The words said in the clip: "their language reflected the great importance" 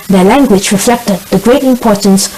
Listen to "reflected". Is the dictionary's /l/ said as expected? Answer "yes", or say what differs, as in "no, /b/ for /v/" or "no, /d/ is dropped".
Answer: yes